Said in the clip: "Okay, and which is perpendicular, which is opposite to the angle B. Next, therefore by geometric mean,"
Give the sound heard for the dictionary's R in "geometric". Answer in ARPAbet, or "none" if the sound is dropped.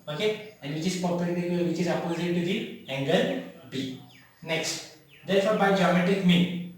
none